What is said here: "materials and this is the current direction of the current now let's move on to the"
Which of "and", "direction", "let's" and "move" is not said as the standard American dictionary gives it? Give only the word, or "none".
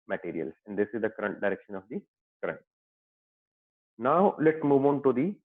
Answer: let's